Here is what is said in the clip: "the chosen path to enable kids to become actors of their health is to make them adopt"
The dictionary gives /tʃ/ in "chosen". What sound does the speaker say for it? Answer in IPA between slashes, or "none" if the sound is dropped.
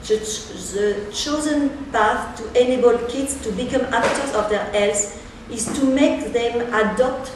/tʃ/